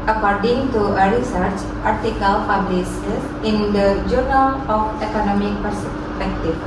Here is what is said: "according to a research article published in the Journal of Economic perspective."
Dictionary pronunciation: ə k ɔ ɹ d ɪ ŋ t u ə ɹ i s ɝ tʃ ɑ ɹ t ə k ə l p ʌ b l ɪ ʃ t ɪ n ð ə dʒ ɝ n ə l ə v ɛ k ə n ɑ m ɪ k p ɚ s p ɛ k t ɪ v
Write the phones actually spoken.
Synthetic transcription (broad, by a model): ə k ɔ ɹ d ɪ ŋ t u ə ɹ i s ɝ tʃ ɑ ɹ t ə k ə l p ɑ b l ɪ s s ɪ n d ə dʒ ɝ n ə l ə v ɛ k ə n ɑ m ɪ k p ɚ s p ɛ k t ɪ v